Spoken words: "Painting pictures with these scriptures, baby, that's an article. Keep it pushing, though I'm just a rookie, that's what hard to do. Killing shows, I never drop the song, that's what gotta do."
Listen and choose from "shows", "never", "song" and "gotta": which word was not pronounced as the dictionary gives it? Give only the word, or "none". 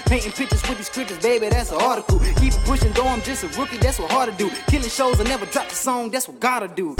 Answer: none